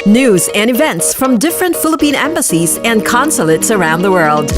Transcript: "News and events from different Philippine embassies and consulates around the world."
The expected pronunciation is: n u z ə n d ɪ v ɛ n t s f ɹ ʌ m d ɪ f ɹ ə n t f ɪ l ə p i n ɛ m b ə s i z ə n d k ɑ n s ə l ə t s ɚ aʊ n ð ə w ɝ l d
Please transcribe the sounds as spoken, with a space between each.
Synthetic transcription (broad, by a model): n u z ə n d ɪ v ɛ n t s f ɹ ʌ m d ɪ f ɹ ə n t f ɪ l ə p i n ɛ m b ə s i z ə n k ɑ n s ə l ə t s ɚ aʊ n ð ə w ɝ l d